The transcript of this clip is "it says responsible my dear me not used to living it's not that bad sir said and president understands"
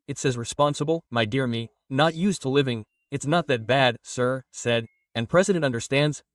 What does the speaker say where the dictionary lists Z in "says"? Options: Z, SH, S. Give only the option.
Z